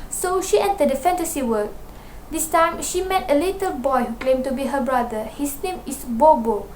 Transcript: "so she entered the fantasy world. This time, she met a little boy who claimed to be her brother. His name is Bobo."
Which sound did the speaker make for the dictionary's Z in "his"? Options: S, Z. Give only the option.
S